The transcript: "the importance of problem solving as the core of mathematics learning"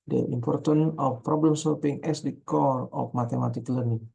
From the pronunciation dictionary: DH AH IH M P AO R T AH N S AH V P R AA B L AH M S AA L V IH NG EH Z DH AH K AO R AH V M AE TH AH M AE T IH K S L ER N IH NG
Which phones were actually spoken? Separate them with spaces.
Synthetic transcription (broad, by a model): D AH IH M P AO R T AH N AH F P R AA B L AH M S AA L P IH NG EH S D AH K AO R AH F M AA T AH M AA T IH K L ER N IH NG